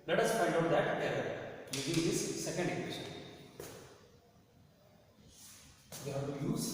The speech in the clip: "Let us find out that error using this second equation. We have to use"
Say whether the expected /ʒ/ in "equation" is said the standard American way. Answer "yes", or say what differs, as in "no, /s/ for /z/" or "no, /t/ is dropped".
no, /ʃ/ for /ʒ/